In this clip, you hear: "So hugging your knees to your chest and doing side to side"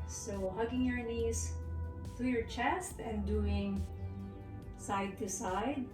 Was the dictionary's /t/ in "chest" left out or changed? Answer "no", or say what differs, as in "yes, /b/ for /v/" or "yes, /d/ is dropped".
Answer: no